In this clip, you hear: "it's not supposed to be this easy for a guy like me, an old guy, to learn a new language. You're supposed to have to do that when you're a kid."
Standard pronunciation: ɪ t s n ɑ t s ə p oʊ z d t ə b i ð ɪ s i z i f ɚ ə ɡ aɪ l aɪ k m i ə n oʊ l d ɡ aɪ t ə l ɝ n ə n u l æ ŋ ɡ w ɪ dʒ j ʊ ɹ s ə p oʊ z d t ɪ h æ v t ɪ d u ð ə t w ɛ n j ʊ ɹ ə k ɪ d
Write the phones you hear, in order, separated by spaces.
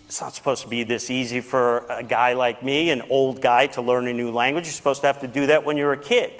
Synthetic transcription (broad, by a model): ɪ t s n ɑ t s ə p oʊ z t ə b i ð ɪ s i z i f ɚ ə ɡ aɪ l aɪ k m i ə n oʊ l d ɡ aɪ t ə l ɝ n ə n u l æ ŋ ɡ w ɪ dʒ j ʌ ɹ s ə p oʊ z t ɪ h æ f t ɪ d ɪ ð ə t w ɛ n j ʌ ɹ ə k ɪ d